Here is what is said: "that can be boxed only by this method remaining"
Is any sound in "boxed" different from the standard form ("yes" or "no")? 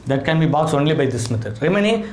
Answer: yes